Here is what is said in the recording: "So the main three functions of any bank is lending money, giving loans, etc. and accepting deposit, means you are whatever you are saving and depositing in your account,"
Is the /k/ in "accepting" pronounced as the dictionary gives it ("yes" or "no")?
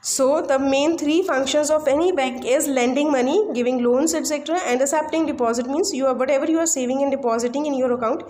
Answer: no